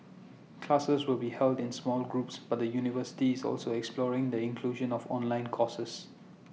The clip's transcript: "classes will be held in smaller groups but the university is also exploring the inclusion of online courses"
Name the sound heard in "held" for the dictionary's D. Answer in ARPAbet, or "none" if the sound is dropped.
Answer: D